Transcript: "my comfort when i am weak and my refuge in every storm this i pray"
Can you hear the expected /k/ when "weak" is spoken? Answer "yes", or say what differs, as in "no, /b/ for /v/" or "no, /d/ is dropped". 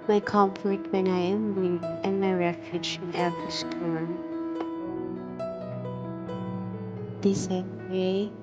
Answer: no, /k/ is dropped